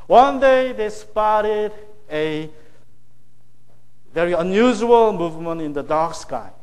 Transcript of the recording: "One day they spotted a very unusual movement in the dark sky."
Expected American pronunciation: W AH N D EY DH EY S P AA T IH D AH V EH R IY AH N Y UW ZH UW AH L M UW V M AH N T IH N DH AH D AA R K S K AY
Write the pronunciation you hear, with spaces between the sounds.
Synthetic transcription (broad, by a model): W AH N D EY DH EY S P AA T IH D AH V EH R IY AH N Y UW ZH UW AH L M UW V M AH N T IH N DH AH D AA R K S K AY